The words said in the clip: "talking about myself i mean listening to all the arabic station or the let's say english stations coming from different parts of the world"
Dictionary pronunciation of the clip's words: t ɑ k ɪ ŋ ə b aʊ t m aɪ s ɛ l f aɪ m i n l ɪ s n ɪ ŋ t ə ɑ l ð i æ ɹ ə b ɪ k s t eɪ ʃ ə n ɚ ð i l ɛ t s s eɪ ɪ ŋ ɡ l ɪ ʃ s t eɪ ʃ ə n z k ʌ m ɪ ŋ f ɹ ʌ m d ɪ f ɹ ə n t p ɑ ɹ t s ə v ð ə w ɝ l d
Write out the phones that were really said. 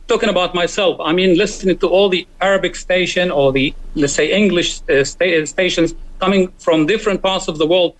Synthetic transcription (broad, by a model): t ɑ k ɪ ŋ ə b aʊ t m aɪ s ɛ l f aɪ m i n l ɪ s n ɪ ŋ t ə ɑ l ð i æ ɹ ə b ɪ k s t eɪ ʃ ə n ɚ ð i l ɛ t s s eɪ ɪ ŋ ɡ l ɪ ʃ s t eɪ ʃ ə n z k ʌ m ɪ ŋ f ɹ ʌ m d ɪ f ɹ ə n t p ɑ ɹ t s ə v ð ə w ɝ l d